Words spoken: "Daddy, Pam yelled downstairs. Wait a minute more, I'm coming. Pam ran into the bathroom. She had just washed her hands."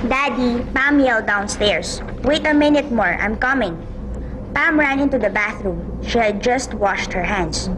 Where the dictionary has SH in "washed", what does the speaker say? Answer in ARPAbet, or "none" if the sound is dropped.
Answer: SH